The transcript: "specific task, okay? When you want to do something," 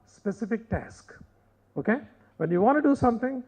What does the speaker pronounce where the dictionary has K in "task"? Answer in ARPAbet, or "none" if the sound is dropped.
K